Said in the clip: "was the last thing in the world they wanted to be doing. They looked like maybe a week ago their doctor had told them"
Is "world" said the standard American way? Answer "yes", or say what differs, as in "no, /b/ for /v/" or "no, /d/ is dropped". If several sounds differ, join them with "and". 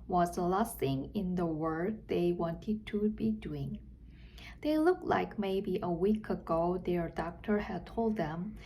no, /l/ is dropped